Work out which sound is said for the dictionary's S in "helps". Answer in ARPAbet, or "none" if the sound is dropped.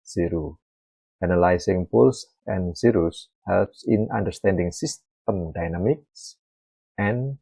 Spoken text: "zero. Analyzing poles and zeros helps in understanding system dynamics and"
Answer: S